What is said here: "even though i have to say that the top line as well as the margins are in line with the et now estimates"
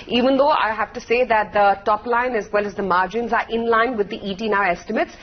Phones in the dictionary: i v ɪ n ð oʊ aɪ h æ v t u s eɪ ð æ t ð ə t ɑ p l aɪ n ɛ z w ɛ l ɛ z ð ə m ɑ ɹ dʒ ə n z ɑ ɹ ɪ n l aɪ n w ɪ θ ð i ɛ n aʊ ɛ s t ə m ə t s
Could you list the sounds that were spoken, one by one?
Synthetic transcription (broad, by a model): i v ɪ n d oʊ aɪ h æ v t u s eɪ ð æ t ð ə t ɑ p l aɪ n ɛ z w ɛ l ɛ z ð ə m ɑ ɹ dʒ ə n z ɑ ɹ ɪ n l aɪ n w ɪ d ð i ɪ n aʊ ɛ s t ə m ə t s